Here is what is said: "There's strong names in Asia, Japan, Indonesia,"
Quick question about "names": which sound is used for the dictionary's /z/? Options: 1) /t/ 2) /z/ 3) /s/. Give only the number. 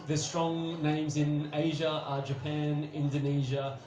2